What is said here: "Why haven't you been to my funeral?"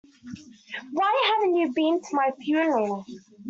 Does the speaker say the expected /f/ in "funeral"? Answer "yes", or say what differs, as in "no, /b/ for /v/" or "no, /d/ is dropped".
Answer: no, /p/ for /f/